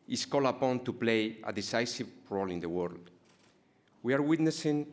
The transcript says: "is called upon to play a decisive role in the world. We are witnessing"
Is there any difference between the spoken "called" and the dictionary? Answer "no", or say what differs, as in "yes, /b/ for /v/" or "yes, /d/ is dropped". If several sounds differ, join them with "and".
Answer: yes, /d/ is dropped